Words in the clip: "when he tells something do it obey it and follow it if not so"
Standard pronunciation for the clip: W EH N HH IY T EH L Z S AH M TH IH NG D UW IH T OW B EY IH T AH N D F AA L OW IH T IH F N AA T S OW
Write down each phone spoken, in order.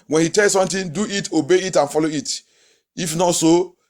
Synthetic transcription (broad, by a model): W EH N HH IY T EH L S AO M T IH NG D UW IH T OW B EY IH T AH N F AA L OW IH T IH F N AA T S OW